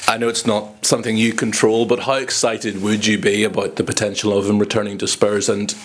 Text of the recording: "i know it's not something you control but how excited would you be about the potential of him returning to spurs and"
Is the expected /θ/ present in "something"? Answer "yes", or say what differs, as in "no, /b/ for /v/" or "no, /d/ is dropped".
yes